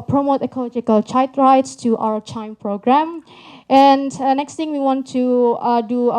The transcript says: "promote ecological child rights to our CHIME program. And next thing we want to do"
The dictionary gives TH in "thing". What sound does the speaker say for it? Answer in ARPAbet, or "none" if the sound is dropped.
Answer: T